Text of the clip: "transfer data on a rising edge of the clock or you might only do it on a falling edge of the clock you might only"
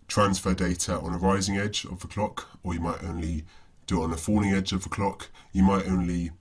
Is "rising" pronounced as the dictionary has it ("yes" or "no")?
yes